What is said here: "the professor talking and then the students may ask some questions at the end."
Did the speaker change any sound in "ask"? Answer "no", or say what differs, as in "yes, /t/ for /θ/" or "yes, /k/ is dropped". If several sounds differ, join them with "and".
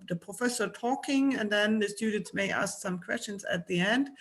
no